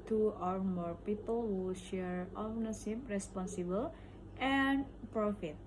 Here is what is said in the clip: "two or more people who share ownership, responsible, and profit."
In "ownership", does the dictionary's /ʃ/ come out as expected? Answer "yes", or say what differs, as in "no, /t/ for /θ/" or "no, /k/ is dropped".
no, /s/ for /ʃ/